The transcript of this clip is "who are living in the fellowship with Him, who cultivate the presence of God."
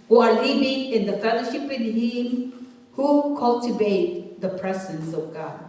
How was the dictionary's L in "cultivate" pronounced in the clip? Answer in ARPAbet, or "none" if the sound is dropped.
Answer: L